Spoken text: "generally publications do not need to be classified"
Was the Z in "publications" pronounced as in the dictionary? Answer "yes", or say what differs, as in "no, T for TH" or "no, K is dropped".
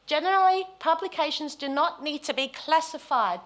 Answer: yes